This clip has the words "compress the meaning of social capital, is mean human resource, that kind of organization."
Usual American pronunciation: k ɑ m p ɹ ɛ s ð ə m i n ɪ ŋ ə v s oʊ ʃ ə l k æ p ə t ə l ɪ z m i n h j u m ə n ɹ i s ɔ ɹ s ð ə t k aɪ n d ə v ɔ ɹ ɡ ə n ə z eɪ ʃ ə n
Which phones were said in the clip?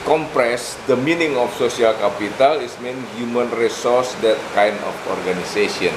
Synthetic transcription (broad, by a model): k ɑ m p ɹ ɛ s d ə m i n ɪ ŋ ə f s oʊ s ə l k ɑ p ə t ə l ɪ s m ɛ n h j u m ə n ɹ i s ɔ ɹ s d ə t k aɪ n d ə f ɔ ɹ ɡ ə n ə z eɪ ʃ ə n